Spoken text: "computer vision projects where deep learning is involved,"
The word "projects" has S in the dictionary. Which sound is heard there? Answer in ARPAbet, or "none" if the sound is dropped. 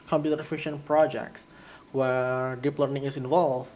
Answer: S